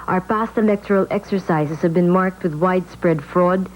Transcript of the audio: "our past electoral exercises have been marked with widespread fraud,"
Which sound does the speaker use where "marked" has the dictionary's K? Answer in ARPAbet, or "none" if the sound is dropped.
K